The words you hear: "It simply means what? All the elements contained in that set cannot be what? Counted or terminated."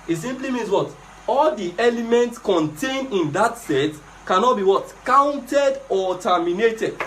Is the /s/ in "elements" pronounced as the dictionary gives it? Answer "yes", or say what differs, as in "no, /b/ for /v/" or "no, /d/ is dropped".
yes